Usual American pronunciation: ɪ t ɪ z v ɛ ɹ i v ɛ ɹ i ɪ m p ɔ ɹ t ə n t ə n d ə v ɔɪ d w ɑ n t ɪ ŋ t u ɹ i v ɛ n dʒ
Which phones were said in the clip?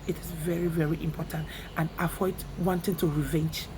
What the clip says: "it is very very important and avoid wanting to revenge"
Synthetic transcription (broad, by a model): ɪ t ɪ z v ɛ ɹ i v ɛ ɹ i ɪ m p ɔ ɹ t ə n t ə n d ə f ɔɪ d w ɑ n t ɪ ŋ t u ɹ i v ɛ n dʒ